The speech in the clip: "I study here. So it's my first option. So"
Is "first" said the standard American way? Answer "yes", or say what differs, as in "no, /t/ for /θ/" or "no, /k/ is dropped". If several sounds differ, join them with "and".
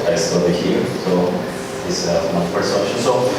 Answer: no, /p/ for /f/ and /t/ is dropped